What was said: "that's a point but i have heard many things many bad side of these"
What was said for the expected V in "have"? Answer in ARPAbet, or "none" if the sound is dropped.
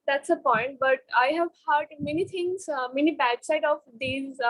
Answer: V